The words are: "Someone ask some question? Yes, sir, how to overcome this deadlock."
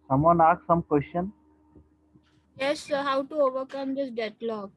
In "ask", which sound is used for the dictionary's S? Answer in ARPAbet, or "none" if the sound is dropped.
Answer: none